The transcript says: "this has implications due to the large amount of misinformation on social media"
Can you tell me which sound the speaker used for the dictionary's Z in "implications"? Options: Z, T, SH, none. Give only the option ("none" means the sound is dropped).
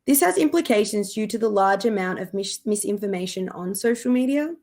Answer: Z